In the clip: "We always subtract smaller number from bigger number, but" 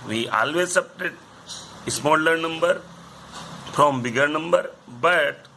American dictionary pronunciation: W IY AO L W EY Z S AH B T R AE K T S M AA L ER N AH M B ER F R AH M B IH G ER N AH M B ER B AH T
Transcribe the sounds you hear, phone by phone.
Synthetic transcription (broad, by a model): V IY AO L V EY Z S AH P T EH T S M AA L ER N AH M B ER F R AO M B IH G ER N AH M B ER B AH T